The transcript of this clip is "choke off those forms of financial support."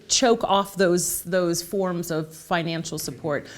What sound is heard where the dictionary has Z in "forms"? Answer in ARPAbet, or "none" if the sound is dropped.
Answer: Z